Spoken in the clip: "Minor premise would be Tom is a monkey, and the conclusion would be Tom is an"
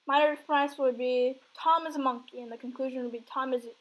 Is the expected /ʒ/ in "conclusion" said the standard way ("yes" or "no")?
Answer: yes